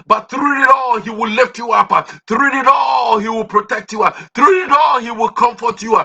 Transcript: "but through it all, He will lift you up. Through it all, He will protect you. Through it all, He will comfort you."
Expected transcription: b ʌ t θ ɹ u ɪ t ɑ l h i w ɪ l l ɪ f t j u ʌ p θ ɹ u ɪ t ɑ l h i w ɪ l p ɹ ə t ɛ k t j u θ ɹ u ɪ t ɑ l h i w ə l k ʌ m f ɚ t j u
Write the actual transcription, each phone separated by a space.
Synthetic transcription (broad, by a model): b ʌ t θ ɹ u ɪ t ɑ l h i w ɪ l l ɪ f t j u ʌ p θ ɹ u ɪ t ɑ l h i w ɪ l p ɹ ə t ɛ k t j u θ ɹ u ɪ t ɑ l h i w ə l k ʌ m f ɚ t j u